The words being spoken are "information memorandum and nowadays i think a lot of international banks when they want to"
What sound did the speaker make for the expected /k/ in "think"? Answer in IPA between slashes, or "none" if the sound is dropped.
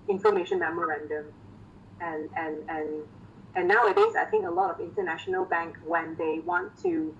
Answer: /k/